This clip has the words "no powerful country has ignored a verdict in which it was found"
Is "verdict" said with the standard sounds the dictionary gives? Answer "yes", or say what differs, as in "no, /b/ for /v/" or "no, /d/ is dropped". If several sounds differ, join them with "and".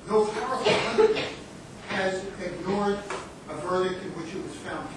yes